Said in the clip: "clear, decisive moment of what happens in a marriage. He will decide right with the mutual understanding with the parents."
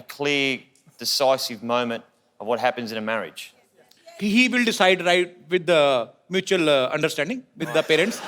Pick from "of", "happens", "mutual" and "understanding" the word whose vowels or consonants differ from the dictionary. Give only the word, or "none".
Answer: none